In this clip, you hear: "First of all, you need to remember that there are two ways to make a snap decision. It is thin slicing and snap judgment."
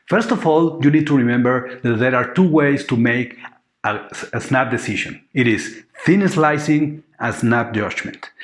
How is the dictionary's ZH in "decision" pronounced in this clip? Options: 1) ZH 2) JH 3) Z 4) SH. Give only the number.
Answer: 4